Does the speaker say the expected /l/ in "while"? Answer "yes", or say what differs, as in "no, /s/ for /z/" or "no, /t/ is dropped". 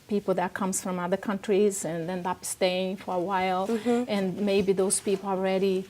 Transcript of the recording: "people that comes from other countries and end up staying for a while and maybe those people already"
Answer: yes